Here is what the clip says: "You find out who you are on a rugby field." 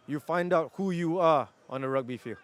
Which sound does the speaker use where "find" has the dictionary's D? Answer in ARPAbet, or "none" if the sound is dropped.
D